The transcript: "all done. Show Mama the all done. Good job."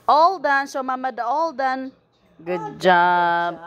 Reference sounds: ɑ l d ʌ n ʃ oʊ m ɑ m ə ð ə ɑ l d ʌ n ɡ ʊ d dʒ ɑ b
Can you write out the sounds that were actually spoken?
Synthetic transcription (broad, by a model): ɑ l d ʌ n s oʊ m ɑ m ə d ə ɑ l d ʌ n ɡ ʊ d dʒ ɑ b